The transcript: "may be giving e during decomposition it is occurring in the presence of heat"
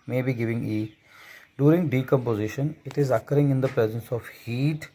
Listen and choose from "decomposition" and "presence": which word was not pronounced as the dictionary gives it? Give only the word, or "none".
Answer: none